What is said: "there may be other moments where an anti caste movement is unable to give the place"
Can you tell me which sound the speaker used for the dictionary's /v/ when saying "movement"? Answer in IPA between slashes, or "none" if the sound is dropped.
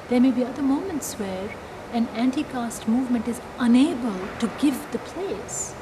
/v/